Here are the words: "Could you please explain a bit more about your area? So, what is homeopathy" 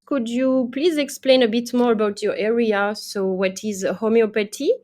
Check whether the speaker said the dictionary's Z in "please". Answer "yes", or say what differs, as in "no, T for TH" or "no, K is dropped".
yes